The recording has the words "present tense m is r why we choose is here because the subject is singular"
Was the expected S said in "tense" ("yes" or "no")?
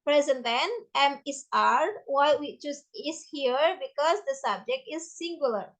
no